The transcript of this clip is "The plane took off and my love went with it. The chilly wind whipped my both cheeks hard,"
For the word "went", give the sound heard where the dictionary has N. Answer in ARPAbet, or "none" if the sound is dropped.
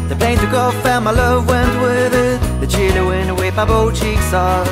N